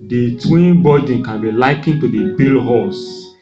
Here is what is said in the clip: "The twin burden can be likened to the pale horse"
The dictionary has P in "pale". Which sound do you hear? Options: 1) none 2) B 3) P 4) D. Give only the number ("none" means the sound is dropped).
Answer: 2